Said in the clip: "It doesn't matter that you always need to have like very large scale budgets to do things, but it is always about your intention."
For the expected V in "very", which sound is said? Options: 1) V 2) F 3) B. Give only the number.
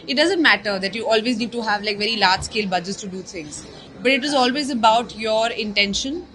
1